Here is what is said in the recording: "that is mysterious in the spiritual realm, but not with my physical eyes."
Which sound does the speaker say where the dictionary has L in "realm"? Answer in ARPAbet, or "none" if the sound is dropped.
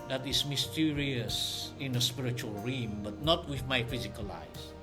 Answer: none